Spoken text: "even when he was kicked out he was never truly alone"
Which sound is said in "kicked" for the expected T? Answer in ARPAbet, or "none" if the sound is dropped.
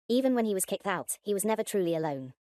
T